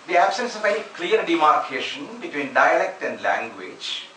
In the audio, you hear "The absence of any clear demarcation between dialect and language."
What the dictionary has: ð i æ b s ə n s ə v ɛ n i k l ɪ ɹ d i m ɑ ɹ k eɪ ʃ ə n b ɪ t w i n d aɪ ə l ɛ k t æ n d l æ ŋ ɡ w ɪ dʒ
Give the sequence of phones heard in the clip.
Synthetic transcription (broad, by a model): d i æ b s ə n s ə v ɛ i k l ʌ ɹ d i m ɑ ɹ k eɪ ʃ ə n b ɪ t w i n d aɪ ə l ɛ k t æ n d l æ ŋ ɡ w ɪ dʒ